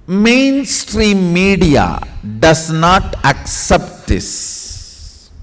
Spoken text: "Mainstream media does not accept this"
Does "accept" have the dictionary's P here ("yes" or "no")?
yes